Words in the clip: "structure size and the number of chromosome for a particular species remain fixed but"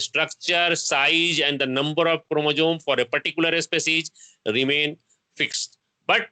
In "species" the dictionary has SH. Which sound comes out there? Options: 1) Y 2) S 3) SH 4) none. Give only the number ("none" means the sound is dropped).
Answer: 2